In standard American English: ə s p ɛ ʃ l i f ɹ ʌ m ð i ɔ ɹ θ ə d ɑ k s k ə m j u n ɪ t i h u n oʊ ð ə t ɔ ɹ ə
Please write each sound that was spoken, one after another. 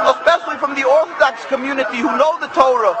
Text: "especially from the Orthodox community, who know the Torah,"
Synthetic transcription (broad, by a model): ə s p ɛ ʃ l i f ɹ ʌ m ð i ɔ ɹ θ ə d ɑ k s k ə m j u n ɪ t i h u n oʊ ð ə t ɔ ɹ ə